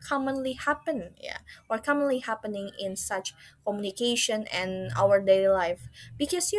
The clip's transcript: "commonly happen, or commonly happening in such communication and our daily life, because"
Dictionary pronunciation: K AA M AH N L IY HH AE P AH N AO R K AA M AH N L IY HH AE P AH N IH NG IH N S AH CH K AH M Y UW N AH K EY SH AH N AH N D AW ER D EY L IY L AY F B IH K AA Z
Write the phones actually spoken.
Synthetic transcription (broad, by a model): K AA M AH N L IY HH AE P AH N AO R K AA M AH N L IY HH AE P AH N IH NG IH N S AH CH K AH M Y UW N AH K EY SH AH N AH N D AW ER D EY IY L AY F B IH K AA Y